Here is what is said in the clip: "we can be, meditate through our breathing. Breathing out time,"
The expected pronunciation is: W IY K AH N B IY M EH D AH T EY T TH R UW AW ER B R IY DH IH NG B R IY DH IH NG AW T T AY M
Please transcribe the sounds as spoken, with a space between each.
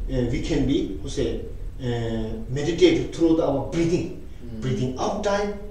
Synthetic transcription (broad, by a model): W IY K AH N B IY M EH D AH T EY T T R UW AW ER B R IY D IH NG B R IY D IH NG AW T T AY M